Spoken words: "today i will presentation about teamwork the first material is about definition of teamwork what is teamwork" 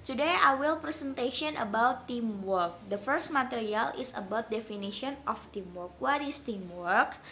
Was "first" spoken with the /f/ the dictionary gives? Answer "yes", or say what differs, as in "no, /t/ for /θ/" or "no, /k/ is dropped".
yes